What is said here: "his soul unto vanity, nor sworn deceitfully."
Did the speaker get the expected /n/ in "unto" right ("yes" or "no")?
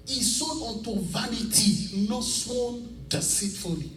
no